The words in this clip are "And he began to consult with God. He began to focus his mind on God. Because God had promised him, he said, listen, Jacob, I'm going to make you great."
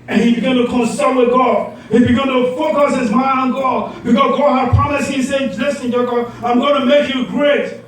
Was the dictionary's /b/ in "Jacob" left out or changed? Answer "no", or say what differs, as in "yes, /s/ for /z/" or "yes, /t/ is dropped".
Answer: yes, /b/ is dropped